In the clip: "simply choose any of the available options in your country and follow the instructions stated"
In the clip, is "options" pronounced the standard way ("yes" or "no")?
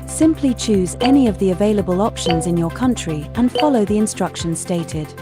yes